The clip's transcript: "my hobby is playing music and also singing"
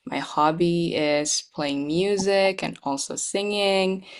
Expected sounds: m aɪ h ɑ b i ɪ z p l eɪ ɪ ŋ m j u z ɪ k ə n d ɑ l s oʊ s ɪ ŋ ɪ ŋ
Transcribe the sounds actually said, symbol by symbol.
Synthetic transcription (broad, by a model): m aɪ h ɑ b i ɪ z p l eɪ ɪ ŋ m j u z ɪ k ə n ɑ l s oʊ s ɪ ŋ ɪ ŋ